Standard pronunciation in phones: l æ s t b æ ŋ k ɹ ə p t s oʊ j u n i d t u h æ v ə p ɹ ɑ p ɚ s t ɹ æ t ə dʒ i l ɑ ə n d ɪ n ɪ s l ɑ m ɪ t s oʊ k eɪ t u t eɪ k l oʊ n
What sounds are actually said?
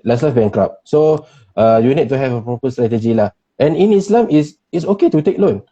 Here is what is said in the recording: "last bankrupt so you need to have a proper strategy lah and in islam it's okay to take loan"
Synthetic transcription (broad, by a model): l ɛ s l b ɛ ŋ k ɹ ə p s oʊ j u n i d t u h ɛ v ə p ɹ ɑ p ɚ s t ɹ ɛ t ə dʒ i l ɑ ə n ɪ n ɪ s l ɑ m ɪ s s oʊ k eɪ t u t eɪ k l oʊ n